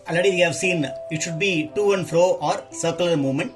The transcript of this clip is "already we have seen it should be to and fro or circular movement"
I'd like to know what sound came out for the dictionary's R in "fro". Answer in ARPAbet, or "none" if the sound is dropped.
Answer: R